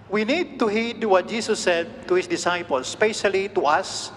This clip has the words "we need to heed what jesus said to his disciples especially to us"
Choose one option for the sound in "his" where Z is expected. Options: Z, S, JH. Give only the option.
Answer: S